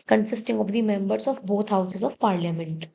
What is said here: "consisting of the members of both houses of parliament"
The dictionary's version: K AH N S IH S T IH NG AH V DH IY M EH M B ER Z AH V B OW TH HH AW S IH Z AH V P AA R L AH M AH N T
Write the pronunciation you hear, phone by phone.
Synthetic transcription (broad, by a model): K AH N S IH S T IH NG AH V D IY M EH M B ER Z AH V B OW T HH AW S IH Z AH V P AA R L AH M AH N T